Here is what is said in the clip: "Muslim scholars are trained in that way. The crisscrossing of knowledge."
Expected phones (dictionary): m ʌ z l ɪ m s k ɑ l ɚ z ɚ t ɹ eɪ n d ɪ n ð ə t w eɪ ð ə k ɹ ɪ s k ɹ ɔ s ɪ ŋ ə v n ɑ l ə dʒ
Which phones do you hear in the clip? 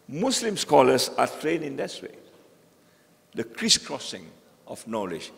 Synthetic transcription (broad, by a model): m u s l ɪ m s k ɑ l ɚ s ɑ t ɹ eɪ n ɪ n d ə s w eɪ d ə k ɹ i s k ɹ ɔ s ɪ ŋ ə f n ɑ l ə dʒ